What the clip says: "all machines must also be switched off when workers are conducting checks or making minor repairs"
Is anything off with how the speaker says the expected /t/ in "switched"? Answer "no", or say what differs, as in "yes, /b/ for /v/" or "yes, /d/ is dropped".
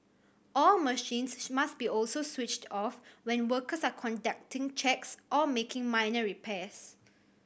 no